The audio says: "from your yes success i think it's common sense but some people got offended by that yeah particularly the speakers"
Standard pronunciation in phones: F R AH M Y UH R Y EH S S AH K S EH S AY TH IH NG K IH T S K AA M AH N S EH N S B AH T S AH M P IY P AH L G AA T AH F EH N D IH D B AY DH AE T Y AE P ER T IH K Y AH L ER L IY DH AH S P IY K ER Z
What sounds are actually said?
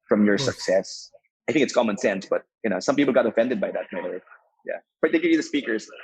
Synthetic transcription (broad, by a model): F R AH M Y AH R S S AH K S EH S AY TH IH NG K IH T S K AA M AH N S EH N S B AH T S AH M P IY P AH L G AA T AH F EH N D IH D B AY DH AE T Y AE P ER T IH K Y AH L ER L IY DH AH S P IY K ER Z